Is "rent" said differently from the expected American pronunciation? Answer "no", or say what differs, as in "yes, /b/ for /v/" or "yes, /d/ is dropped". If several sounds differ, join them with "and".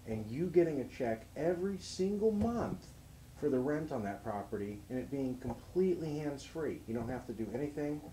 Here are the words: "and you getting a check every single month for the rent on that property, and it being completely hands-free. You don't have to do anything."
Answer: no